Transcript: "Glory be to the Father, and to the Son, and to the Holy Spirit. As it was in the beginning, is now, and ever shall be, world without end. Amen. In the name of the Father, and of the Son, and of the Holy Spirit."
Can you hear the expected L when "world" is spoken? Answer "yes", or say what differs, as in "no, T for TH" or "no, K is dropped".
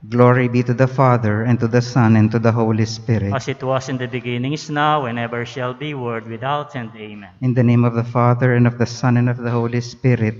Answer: no, L is dropped